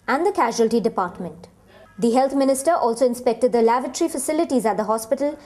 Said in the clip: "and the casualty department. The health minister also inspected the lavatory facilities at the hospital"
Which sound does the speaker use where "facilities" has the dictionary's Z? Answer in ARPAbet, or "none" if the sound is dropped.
Z